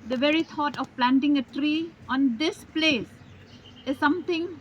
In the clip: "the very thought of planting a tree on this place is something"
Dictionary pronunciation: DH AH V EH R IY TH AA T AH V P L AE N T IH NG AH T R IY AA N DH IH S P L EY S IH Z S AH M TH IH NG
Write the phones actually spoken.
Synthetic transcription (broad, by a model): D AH V EH R IY T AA T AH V P L AE N T IH NG AH T R IY AA N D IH S P L EY S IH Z S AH M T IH NG